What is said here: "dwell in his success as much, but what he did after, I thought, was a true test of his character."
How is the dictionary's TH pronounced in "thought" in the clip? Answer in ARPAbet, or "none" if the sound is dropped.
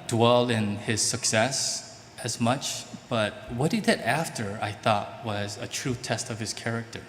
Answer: TH